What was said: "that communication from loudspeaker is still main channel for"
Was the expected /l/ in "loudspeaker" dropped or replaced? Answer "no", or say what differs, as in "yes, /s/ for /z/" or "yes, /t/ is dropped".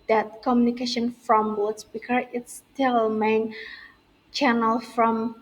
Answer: yes, /w/ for /l/